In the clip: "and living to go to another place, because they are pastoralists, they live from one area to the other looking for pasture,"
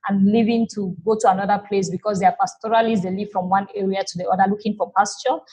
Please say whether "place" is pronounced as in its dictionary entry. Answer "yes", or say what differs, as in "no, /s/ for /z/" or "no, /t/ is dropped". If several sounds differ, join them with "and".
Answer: yes